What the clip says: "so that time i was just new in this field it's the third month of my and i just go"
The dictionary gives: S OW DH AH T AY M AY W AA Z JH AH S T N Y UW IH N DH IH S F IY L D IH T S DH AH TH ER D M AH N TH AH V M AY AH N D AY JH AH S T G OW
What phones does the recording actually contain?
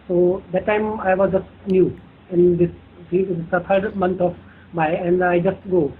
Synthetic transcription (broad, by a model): S OW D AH T AY M AY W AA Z JH AH S T N Y UW IH N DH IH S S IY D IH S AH T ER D M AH N T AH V M AY AH N D AY JH AH S T G OW